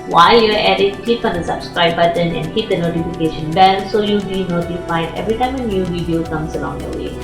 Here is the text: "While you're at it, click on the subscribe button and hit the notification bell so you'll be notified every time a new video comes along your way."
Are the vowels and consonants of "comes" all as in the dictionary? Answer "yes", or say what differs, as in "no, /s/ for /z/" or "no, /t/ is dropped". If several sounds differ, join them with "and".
no, /s/ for /z/